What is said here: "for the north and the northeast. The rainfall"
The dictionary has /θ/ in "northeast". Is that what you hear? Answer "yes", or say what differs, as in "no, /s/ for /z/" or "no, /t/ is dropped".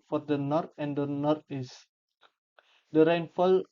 no, /t/ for /θ/